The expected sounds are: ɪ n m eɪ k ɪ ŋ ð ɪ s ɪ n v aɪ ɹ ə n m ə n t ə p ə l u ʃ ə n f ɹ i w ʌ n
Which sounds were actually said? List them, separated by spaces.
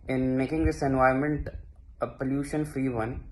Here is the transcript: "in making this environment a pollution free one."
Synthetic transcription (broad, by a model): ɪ n m eɪ k ɪ ŋ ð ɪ s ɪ n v aɪ ə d m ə n t ə p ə l u ʃ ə n f ɹ i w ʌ n